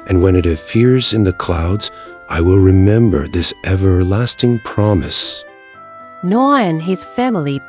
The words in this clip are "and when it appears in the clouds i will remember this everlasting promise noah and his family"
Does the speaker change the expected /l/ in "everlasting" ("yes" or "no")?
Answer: no